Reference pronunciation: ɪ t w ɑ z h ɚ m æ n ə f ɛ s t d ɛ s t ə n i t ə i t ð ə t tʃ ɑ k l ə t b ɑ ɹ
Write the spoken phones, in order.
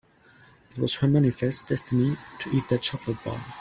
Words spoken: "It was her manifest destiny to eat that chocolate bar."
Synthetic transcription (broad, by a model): ɪ t w ɑ z h ɚ m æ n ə f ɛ s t d ɛ s t ə n i t ə i t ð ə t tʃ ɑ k l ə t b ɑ l